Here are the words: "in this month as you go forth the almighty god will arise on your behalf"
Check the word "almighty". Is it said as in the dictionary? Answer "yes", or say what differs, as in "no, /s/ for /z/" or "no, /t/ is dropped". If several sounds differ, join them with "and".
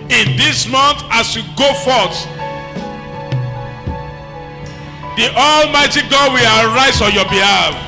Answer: yes